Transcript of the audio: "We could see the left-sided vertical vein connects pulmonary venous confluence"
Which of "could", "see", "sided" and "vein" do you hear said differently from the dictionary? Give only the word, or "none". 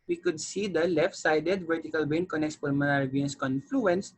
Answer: vein